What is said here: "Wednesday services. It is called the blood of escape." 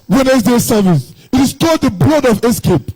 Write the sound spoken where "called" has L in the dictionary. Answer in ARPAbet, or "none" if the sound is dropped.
none